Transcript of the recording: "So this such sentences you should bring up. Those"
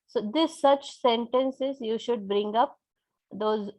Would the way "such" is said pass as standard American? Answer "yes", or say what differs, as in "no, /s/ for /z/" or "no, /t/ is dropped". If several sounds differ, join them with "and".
yes